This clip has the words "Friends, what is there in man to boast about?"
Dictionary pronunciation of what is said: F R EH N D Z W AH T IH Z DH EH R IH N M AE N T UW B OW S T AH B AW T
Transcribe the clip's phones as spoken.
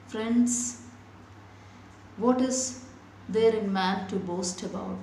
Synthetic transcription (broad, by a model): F R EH N D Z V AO T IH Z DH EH R IH N M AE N T UW B OW S T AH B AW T